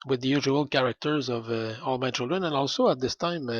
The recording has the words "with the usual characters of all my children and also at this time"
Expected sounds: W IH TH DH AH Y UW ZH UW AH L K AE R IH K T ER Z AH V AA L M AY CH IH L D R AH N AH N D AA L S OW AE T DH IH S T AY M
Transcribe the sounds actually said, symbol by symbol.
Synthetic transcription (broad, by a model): W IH DH AH Y UW ZH UW AH L K AE R IH K T ER Z AH V AA L M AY CH IH L D R AH N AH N AA L S OW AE T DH IH S T AY M